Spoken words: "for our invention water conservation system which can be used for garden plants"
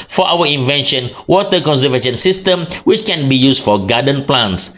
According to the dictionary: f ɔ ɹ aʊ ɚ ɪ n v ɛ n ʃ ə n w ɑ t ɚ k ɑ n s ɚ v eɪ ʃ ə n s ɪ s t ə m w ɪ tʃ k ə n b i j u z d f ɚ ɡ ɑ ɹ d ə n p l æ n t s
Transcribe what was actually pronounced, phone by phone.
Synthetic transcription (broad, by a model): f ɔ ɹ aʊ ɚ ɪ n v ɛ n ʃ ə n w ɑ t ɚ k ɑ n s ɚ v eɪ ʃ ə n s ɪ s t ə m w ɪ tʃ k ə n b i j u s f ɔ ɡ ɑ d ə n p l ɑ n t s